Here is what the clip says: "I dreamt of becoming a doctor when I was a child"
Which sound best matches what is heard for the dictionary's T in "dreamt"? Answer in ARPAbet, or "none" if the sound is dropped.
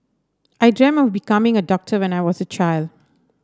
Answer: none